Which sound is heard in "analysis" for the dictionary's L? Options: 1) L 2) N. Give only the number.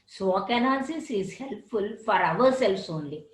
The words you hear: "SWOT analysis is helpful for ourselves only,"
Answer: 2